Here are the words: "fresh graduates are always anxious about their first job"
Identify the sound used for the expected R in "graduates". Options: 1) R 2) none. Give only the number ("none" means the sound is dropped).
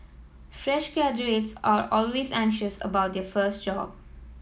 2